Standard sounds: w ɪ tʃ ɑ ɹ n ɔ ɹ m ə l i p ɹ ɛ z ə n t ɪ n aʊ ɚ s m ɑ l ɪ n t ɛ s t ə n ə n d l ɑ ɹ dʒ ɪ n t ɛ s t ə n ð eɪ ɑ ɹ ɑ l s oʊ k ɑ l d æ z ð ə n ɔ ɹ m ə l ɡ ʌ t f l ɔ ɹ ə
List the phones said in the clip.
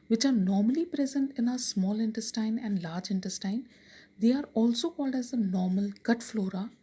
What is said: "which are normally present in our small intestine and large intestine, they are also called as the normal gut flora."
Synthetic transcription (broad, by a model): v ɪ tʃ ɑ ɹ n ɔ ɹ m ə l i p ɹ ɛ z ə n t ɪ n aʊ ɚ s m ɑ l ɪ n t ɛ s t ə n ə n d l ɑ ɹ dʒ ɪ n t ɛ s t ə n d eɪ ɑ ɹ ɑ l s oʊ k ɑ l d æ z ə n ɔ ɹ m ə l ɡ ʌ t f l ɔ ɹ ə